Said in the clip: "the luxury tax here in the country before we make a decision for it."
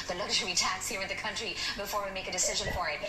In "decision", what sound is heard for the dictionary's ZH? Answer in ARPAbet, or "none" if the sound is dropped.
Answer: ZH